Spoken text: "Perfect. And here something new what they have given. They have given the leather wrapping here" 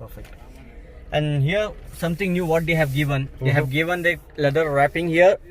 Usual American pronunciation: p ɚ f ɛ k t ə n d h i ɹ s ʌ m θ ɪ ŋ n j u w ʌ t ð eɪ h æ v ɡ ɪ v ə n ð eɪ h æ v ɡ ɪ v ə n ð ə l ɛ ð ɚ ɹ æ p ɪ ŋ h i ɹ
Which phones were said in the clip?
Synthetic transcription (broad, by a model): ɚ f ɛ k t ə n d h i ɹ s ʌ m t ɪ ŋ n j u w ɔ t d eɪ h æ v ɡ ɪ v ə n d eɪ h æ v ɡ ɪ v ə n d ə l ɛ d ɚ ɹ æ p ɪ ŋ h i ɹ